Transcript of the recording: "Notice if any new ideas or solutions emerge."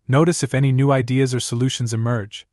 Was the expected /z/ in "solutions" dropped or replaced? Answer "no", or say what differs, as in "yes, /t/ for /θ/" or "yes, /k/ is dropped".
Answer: no